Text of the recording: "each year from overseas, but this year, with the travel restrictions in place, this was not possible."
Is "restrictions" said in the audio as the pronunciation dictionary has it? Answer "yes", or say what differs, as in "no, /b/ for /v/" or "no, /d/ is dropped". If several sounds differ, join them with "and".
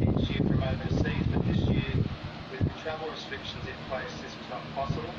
yes